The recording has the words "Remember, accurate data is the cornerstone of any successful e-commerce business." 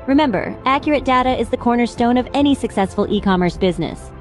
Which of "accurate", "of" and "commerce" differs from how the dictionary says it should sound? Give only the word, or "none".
none